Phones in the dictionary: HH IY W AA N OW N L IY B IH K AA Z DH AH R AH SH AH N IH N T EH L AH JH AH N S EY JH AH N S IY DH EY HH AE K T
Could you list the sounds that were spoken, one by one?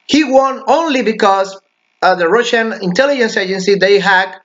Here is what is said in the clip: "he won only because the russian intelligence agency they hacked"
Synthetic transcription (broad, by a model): HH IY W AA N OW N L IY B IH K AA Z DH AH R AH SH AH N IH N T EH L AH JH AH N S EY JH AH N S IY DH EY HH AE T